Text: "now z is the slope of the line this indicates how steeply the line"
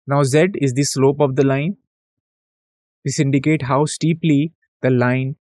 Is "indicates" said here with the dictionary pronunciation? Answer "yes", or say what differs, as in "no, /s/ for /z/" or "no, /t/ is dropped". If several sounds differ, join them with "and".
no, /s/ is dropped